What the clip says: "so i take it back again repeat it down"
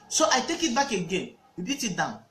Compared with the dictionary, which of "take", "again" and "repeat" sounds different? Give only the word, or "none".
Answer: repeat